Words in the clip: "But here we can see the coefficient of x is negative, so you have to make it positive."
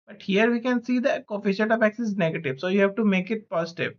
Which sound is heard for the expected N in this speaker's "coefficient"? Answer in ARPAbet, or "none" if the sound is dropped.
none